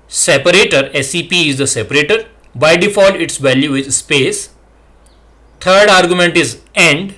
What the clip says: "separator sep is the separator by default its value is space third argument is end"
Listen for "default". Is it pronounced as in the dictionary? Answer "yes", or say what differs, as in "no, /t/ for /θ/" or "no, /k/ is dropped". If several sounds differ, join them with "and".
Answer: no, /t/ is dropped